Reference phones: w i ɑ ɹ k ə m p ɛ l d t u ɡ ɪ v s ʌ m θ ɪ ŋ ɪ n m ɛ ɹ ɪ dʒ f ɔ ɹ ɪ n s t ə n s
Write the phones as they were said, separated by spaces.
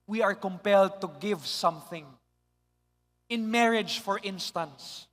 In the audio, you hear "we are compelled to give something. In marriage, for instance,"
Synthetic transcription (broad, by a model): w i ɑ ɹ k ə m p ɛ l d t u ɡ ɪ v s ʌ m θ ɪ ŋ ɪ n m ɛ ɹ ɪ dʒ f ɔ ɹ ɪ n s t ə n s